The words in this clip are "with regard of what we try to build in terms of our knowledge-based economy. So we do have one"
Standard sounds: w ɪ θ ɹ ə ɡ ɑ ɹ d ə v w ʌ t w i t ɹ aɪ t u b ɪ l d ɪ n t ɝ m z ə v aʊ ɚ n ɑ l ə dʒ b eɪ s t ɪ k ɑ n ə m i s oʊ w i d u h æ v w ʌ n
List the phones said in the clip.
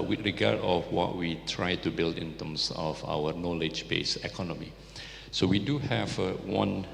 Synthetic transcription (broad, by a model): w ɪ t ɹ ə ɡ ɑ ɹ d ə f w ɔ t w i t ɹ aɪ t u b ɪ l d ɪ n t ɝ m s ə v aʊ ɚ n ɑ l ə dʒ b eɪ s ɪ k ɑ n ə m i s oʊ w i d u h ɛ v w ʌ n